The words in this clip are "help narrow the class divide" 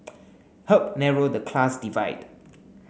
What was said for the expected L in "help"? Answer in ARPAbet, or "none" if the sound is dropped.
none